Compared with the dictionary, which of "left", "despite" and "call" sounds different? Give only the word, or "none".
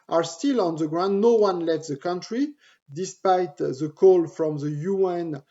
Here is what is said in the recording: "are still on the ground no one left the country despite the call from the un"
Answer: left